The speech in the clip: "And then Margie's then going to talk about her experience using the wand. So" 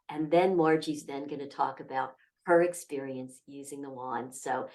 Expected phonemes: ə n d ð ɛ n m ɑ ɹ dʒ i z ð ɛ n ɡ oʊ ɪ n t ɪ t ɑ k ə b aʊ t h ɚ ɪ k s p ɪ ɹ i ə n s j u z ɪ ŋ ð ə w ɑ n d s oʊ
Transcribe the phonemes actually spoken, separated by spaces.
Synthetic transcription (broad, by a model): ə n ð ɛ n m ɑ ɹ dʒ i z ð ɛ n ɡ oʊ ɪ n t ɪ t ɑ k ə b aʊ t h ɚ ɪ k s p ɪ ɹ i ə n s j u z ɪ ŋ ð ə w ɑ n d s oʊ